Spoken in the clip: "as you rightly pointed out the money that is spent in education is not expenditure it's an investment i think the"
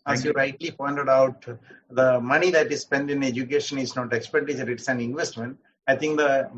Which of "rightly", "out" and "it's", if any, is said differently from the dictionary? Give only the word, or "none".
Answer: none